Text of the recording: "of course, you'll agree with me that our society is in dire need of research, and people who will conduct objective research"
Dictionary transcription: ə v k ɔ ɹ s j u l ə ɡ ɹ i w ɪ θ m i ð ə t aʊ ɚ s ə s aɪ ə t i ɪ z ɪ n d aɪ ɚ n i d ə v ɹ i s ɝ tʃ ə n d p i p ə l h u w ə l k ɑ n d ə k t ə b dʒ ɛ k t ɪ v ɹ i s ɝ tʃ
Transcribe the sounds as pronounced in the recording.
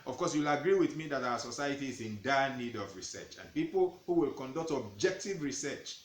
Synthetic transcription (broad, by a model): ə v k ɔ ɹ s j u l ə ɡ ɹ i w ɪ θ m i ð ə t aʊ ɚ s ə s aɪ ə t i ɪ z ɪ n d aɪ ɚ n i d ə v ɹ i s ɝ tʃ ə n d p i p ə l h u w ə l k ɑ n d ə k t ə b dʒ ɛ k t ɪ v ɹ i s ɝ tʃ